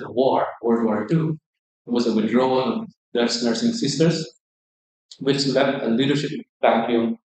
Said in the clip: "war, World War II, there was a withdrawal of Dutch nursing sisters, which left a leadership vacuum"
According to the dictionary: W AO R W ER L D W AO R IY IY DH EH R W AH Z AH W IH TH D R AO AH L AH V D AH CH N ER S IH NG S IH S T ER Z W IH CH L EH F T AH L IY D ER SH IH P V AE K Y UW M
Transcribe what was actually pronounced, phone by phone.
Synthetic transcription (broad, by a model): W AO R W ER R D W AO R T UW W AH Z AH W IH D R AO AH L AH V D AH S N ER S IH NG S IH S T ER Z W IH CH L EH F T AH L IY D ER SH IH P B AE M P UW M